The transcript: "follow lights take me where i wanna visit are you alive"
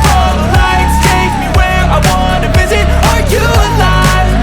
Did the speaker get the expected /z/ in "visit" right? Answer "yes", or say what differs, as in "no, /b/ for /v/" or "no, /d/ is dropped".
yes